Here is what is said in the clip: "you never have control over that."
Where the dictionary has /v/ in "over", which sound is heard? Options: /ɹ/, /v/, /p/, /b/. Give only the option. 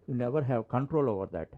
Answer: /v/